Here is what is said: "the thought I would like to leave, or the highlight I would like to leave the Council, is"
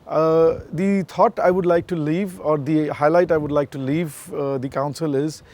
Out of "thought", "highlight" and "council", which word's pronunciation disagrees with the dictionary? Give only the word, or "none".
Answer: thought